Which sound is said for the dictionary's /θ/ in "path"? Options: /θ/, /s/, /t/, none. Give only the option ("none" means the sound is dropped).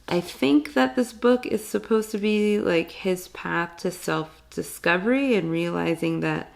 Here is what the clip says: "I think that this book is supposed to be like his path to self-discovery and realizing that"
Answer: /θ/